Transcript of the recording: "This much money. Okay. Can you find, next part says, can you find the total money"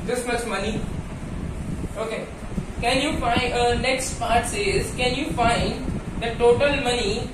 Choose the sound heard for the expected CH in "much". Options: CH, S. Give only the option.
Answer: S